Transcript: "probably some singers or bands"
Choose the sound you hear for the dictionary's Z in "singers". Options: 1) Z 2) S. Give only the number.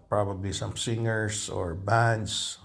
2